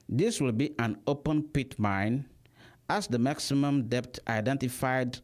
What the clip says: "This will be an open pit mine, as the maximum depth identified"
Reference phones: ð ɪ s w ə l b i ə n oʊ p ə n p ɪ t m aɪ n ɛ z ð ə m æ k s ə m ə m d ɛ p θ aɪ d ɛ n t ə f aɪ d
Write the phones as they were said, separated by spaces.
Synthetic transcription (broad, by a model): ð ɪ s w ə l b i ə n oʊ p ə n p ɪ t m aɪ n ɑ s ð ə m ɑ k s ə m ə m d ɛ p t aɪ d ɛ n t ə f aɪ d